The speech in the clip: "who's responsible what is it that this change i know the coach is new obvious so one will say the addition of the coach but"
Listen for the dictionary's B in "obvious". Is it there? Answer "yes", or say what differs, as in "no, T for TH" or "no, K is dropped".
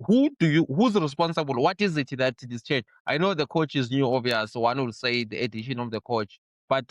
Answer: no, B is dropped